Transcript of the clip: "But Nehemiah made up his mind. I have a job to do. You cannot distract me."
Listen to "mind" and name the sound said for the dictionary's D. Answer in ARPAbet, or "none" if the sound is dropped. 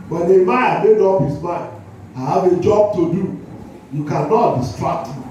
none